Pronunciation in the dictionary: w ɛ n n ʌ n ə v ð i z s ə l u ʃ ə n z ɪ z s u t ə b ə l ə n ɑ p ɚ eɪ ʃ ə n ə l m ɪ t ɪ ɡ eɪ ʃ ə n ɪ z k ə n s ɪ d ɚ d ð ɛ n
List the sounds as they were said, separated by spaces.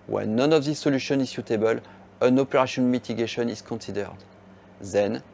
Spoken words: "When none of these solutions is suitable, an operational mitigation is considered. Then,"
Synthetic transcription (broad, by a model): w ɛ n n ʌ n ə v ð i s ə l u ʃ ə n ɪ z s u t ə b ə l ə n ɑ p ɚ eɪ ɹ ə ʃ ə n m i t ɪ ɡ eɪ ʃ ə n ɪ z k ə n s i d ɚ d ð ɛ n